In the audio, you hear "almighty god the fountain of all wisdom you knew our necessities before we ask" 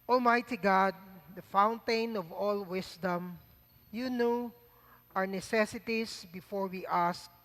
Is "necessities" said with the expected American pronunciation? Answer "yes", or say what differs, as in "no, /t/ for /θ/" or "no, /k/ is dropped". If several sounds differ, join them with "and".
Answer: no, /s/ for /z/